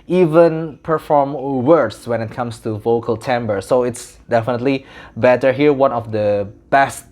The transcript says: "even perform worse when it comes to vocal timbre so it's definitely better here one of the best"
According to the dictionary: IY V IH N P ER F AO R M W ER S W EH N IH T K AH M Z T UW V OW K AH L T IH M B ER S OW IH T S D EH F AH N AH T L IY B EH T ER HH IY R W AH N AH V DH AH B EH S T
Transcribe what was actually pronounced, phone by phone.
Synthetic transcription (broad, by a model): IY V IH N P ER F AO R M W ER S W EH N IH T K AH M S T UW V OW K AH L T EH M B ER S OW IH T S D EH F AH N AH T L IY B EH T ER HH IY R W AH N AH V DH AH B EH S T